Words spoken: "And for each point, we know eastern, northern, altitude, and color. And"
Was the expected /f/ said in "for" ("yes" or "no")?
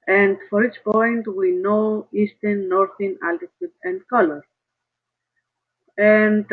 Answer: yes